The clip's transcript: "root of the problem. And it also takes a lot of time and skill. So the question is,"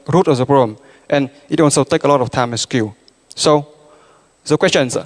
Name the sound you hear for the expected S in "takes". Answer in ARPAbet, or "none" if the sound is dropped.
none